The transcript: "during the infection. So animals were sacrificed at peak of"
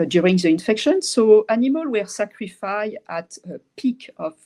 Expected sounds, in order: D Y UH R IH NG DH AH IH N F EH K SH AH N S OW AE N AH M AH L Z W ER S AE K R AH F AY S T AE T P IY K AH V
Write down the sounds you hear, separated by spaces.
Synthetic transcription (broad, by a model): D Y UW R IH NG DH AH IH N F EH K SH AH N S OW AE N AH M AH L W ER S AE K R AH F AY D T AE T P IY K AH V